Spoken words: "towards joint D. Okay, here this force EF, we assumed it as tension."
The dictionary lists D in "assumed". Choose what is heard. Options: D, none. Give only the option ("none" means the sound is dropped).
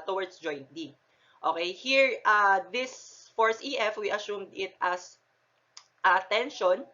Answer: D